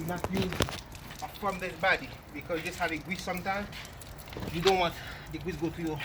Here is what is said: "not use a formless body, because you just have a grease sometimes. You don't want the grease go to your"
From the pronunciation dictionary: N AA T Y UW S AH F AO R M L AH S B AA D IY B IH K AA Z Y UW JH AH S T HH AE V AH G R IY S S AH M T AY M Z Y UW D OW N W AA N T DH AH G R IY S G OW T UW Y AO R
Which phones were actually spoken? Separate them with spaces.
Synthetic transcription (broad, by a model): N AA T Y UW AH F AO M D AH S B AA D IY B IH K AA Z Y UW JH AH S T HH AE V AH G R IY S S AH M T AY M Y UW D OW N W AA N T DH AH G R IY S G OW T UW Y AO